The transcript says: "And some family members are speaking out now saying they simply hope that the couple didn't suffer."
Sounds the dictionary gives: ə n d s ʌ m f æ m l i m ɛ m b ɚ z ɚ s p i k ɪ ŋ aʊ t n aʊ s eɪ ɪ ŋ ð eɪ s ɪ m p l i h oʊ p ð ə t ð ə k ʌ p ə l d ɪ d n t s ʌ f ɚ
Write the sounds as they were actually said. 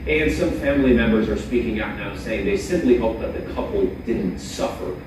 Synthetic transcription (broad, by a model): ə n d s ʌ m f æ m l i m ɛ m b ɚ z ɚ s p i k ɪ ŋ aʊ t n aʊ s eɪ ɪ ŋ ð eɪ s ɪ m p l i h oʊ p ð ə t ð ə k ʌ p l d ɪ d n t s ʌ f ɚ